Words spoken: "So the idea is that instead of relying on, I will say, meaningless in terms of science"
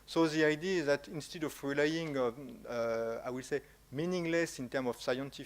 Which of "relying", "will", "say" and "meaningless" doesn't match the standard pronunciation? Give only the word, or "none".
none